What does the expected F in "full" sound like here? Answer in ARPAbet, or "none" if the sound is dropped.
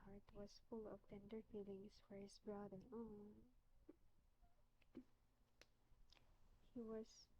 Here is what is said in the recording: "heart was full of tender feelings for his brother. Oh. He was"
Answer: F